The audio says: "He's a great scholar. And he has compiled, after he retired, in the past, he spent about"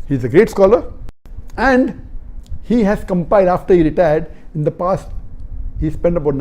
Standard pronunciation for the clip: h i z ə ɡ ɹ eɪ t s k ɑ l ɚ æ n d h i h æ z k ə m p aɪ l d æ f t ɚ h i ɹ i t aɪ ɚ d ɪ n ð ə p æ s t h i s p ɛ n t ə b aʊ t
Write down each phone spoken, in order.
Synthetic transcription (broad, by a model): h i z ə ɡ ɹ eɪ t s k ɑ l ɚ æ n d h i h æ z k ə m p aɪ d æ f t ɚ h i ɹ i t aɪ ɚ d ɪ n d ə p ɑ s t h i s p ɛ n t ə b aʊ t